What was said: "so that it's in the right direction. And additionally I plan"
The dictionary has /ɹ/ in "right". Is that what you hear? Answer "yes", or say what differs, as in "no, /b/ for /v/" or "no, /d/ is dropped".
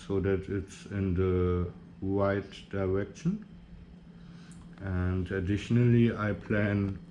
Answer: no, /w/ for /ɹ/